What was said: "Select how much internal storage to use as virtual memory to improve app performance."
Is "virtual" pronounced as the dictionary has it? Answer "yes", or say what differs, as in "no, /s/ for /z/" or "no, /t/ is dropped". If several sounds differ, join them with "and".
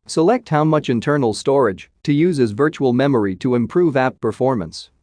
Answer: yes